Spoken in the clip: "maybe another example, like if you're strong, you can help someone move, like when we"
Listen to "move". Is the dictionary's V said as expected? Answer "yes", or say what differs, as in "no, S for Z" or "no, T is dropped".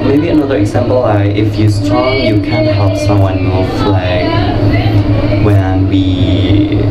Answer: no, F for V